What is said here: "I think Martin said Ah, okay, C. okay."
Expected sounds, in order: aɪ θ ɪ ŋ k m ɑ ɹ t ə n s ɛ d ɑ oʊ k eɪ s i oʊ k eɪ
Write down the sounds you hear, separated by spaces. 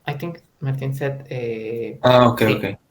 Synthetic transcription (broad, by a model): aɪ t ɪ ŋ k m ɑ ɹ t ə n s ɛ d ɑ oʊ k eɪ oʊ k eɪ